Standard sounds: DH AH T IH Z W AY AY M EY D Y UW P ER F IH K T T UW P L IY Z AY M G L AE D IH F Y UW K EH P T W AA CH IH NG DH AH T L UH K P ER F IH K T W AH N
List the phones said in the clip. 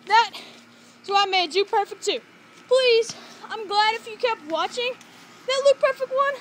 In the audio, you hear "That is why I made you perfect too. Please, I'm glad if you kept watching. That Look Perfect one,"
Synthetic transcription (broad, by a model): DH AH T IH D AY AY M EY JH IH P ER F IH K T T UW P L IY Z AY M G L AE D IH F Y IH K EH P T W AA CH IH NG DH AH T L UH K P ER F IH K T W AH N